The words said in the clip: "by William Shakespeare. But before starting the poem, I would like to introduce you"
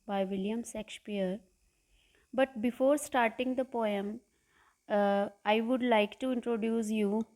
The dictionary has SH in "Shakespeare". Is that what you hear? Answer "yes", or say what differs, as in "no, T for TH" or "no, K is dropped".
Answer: no, S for SH